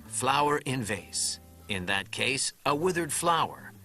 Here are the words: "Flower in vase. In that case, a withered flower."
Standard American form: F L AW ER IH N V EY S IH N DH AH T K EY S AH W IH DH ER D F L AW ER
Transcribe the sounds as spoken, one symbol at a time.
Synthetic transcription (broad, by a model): F L AW ER IH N V EY S IH N DH AH T K EY S AH W IH DH ER D F L AW ER